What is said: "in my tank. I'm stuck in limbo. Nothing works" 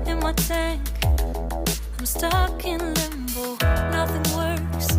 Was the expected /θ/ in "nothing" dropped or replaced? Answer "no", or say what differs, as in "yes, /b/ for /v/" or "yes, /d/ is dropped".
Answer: no